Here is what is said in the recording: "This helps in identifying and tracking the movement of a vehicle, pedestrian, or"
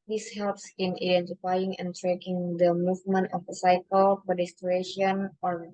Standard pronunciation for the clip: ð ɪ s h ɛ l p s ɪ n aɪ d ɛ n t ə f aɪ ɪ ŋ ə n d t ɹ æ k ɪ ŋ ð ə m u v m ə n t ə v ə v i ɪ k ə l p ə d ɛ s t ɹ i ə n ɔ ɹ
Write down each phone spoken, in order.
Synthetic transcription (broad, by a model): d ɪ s h ɛ l p s ɪ n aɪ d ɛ n t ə f aɪ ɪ ŋ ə n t ɹ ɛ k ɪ ŋ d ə m u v m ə n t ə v ə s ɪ k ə l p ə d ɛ s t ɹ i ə n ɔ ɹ